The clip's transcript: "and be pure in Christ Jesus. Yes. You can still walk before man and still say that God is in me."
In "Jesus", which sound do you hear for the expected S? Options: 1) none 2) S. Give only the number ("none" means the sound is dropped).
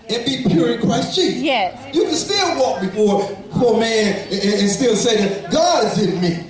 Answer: 1